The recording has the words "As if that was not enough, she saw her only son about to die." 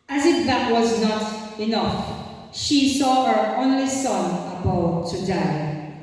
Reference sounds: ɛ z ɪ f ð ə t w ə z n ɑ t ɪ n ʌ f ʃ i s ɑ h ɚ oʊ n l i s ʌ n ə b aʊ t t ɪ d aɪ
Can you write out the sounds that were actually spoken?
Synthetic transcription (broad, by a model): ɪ z ɪ f ð ə t w ə z n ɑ t ɪ n ʌ f ʃ i s ɑ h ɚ oʊ n l i s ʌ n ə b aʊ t t ɪ d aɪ